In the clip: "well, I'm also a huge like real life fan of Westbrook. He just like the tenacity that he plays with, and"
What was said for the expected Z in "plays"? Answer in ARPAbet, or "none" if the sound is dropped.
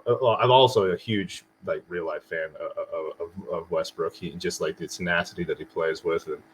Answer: Z